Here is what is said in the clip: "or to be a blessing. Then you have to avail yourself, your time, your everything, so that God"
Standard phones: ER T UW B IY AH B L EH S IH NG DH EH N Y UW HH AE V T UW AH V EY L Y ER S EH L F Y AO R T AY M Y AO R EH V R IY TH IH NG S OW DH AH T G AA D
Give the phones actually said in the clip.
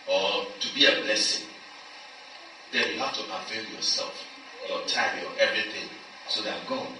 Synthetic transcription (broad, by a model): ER T UW B IY AH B L EH S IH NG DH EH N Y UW HH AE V T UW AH F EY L Y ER S EH L F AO T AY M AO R EH V R IY TH IH NG S OW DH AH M G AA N